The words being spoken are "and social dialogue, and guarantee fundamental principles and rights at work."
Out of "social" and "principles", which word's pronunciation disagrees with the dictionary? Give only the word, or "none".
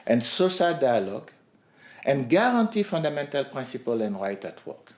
principles